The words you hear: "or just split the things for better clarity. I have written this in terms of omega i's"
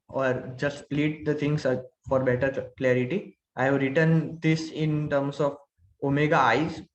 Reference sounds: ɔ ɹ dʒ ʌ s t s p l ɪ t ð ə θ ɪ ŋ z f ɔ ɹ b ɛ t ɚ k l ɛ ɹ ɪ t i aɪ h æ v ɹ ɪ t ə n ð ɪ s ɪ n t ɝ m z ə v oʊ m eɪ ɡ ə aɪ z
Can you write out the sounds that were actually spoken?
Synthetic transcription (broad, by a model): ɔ ɹ dʒ ʌ s t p l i t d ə t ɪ ŋ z f ɔ ɹ b ɛ t ɚ k l ɛ ɹ ɪ t i aɪ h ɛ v ɹ ɪ t ə n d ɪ s ɪ n t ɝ m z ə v oʊ m eɪ ɡ ə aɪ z